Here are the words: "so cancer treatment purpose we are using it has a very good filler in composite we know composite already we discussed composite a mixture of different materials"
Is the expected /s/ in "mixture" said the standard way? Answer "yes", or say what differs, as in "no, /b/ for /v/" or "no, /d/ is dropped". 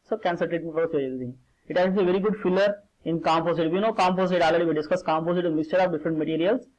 yes